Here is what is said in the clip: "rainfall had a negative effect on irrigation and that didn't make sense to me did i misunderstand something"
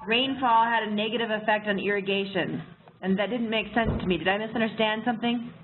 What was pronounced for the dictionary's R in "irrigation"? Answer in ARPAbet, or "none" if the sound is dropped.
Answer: R